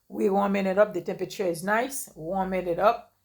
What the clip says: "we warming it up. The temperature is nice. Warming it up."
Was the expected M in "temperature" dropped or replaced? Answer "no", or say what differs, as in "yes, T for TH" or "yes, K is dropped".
no